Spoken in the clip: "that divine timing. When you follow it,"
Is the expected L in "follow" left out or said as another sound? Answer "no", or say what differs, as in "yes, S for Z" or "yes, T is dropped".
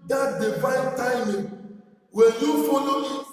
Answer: yes, N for L